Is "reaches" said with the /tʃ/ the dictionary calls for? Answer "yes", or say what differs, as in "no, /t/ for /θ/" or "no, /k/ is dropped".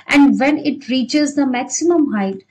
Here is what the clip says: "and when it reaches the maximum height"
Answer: yes